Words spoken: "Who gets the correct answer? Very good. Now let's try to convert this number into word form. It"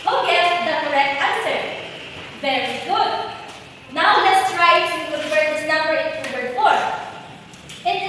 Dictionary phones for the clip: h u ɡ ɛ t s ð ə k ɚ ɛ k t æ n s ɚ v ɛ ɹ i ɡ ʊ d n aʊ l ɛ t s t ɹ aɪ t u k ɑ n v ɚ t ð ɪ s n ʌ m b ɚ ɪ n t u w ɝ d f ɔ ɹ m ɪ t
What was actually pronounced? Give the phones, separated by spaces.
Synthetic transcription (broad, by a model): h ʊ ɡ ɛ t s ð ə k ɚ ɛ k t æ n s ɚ v ɛ ɹ i ɡ ʊ d n aʊ l ɛ t s t ɹ aɪ t u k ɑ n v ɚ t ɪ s n ʌ m b ɚ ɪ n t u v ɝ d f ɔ ɹ ɪ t